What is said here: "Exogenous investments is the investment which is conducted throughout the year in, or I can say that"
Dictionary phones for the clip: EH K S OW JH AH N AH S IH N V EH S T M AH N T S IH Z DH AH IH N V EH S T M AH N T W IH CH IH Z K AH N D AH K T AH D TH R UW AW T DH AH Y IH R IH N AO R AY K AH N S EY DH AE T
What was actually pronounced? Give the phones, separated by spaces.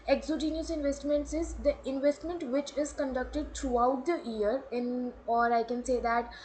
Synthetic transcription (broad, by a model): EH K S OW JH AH N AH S IH N V EH S T M AH N T S IH Z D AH IH N V EH S T M AH N T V IH CH IH Z K AH N D AH K T AH D T R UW AW T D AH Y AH R IH N AO R AY K AH N S EY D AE T